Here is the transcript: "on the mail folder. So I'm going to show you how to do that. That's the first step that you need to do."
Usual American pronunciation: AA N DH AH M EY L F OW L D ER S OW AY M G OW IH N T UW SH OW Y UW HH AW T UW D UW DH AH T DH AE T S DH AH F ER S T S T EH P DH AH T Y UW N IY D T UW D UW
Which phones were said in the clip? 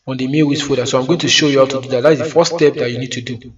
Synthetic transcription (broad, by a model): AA N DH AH M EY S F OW D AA S OW AY M G OW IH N T UW SH OW Y UW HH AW T UW D UW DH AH T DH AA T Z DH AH F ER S S T EH P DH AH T Y UW N IY D T UW D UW